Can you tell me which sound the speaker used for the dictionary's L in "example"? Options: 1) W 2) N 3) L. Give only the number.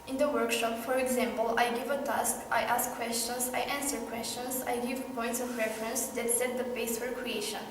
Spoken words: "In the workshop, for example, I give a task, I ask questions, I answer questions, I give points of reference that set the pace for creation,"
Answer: 3